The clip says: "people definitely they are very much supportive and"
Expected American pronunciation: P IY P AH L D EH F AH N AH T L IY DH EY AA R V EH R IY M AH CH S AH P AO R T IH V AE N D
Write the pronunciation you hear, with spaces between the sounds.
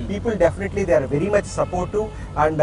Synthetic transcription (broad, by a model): P IY P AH L D EH F AH N AH T L IY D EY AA R V EH R IY M AH CH S AH P AO R T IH AE N D